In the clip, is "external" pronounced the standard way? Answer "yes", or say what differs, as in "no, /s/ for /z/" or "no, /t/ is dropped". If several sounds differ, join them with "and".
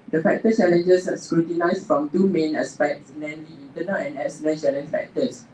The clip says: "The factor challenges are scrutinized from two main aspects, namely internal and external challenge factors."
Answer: no, /k/ is dropped